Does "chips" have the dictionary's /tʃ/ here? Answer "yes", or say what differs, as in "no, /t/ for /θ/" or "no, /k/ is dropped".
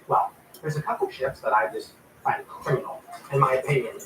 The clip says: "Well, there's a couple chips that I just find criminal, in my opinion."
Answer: no, /ʃ/ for /tʃ/